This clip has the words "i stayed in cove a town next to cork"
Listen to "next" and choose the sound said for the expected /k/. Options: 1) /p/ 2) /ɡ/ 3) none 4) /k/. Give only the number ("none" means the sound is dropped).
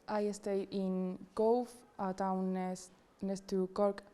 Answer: 3